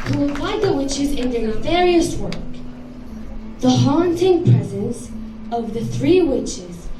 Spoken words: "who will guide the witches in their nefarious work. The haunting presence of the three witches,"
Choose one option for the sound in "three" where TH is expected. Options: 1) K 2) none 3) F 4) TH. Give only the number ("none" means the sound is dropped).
4